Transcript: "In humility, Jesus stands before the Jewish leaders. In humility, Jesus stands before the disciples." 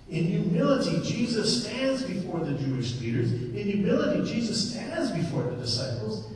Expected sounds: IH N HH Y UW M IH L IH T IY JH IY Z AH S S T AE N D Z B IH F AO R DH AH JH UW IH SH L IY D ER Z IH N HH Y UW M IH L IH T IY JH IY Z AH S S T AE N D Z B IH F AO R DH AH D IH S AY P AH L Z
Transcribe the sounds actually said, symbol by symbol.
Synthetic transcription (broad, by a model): IH N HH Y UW M IH L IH T IY JH IY Z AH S S T AE N D Z B IH F AO R DH AH JH UW IH SH L IY D ER Z IH N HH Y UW M IH L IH T IY JH IY Z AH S S T AE N D Z B IH F AO R DH AH D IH S AY P L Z